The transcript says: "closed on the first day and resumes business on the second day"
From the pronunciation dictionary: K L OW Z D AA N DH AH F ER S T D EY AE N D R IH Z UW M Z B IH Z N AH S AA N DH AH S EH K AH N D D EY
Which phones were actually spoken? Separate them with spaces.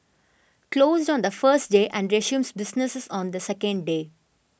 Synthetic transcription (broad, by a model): K L OW Z D AA N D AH F ER S T D EY AE N D R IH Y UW M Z B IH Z N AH S AA N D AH S EH K AH N D D EY